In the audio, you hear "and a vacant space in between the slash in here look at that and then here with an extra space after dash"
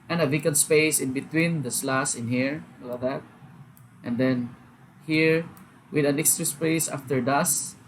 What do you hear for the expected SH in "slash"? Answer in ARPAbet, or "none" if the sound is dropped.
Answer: S